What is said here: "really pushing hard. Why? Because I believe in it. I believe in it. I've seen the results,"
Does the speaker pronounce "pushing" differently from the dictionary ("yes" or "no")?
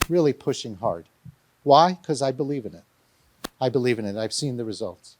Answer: no